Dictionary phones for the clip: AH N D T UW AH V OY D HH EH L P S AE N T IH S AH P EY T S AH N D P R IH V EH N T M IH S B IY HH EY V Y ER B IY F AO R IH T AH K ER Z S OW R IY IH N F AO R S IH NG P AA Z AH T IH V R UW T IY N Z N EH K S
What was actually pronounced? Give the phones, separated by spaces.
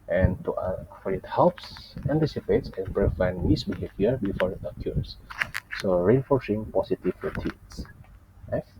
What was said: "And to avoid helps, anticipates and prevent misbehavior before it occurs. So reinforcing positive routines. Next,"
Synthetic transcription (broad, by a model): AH N T UW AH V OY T HH EH L P S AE N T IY S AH P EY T S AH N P R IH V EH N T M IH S B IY HH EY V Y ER B IY F AO R IH T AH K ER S S OW R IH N F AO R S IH NG P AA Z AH T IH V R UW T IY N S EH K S